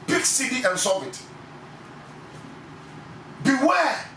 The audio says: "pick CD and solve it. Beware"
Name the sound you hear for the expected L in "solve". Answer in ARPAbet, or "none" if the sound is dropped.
none